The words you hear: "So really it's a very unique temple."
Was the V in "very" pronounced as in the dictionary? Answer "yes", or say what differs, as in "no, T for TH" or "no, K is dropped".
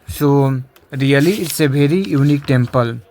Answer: no, B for V